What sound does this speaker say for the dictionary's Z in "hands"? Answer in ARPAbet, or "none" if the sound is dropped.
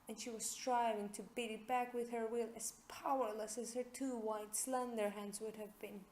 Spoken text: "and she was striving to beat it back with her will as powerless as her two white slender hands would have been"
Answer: Z